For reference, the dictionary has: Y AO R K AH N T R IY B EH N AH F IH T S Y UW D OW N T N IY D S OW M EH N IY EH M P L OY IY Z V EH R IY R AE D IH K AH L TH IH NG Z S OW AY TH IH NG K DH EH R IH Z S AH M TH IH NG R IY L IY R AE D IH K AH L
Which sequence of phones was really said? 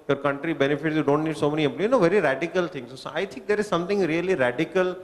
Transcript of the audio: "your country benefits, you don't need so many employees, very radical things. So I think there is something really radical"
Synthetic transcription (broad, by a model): Y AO R K AH N T R IY B EH N AH F IH T S Y UW D OW N T N IY D S OW M EH N IY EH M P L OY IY V EH R IY R AE D IH K AH L T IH NG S S OW AY T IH NG K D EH R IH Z S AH M T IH NG R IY L IY R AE D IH K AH L